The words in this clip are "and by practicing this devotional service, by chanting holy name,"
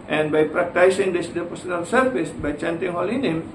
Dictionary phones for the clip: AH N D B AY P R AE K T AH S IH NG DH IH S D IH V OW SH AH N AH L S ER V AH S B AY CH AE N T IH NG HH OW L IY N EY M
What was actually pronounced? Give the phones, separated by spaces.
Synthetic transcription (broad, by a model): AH N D B AY P R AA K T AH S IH NG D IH S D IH P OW S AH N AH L S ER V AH S B AY CH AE N T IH NG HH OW L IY N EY M